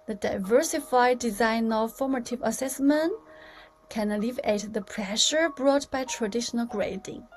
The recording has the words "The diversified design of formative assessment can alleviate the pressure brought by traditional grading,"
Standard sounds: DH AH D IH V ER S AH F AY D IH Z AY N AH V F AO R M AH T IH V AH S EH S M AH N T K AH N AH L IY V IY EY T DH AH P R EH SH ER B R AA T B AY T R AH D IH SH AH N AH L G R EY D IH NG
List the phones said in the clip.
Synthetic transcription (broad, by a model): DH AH D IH V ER S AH F AY D IH Z AY N AH V F AO R M AH T IH V AH S EH S M AH N T K AH N AH L IY V IY EY T DH AH P R EH SH ER B R AA T B AY T R AH D IH SH AH N AH L G R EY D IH NG